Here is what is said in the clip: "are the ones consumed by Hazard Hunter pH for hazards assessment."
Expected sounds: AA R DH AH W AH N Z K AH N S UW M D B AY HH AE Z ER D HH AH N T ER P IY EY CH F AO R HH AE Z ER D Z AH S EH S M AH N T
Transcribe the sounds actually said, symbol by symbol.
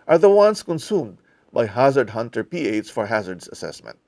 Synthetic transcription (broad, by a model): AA R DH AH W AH N S K AH N S UW M D B AY HH AE Z ER D HH AH N T ER P IY EY S F AO R HH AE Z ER D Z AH S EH S M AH N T